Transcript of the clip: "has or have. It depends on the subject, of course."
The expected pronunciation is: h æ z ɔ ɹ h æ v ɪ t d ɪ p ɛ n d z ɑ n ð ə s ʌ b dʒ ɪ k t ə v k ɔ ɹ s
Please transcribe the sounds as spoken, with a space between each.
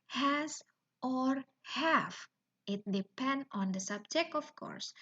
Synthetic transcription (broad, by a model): h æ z ɔ ɹ h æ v ɪ t d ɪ p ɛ n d ɑ n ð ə s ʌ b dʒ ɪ k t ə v k ɔ ɹ s